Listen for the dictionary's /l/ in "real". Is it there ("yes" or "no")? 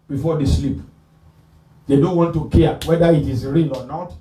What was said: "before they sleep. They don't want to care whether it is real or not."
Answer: no